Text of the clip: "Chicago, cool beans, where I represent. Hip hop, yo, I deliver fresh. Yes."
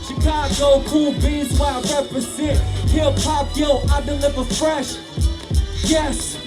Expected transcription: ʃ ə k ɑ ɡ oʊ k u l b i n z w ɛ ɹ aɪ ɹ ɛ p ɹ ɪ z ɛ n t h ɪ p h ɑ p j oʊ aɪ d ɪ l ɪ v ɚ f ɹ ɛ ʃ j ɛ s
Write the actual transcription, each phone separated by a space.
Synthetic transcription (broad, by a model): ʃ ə k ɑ ɡ oʊ k u l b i z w aɪ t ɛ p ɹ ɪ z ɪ t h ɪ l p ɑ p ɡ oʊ aɪ d ɪ l ɪ v ɚ f ɹ ɛ ʃ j ɛ s